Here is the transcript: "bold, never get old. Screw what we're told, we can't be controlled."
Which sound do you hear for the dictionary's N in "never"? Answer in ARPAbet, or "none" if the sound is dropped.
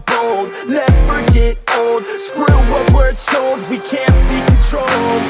L